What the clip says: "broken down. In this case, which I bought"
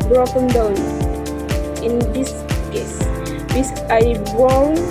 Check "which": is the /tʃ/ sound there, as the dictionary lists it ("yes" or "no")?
no